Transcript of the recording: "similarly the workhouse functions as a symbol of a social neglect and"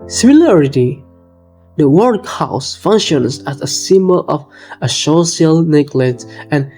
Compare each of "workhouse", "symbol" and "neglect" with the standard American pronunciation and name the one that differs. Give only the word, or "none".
neglect